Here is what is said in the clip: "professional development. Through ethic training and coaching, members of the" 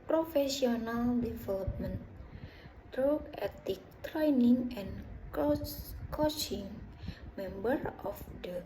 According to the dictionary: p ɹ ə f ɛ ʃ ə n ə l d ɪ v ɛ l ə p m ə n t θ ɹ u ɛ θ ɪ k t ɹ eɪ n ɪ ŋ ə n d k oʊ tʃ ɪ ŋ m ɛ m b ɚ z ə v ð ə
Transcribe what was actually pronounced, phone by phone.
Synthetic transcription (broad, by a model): p ɹ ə f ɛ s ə n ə l d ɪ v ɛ l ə p m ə n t t ɹ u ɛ t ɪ k t ɹ eɪ n ɪ ŋ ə n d k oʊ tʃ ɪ ŋ m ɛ m b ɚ ə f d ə